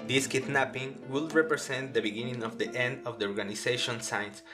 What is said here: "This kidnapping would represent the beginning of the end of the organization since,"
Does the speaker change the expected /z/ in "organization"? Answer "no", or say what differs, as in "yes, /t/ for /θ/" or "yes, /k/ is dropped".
yes, /s/ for /z/